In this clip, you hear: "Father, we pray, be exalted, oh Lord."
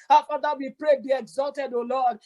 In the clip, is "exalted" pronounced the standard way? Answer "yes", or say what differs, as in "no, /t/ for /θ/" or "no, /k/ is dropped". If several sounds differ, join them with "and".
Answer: yes